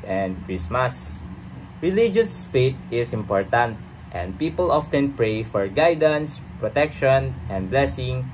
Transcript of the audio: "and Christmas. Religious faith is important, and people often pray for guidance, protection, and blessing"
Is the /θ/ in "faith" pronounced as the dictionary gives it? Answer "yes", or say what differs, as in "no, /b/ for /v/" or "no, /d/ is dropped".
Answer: no, /t/ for /θ/